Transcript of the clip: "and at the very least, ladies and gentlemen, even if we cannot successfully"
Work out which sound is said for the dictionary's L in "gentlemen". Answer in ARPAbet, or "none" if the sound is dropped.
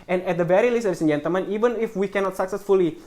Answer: none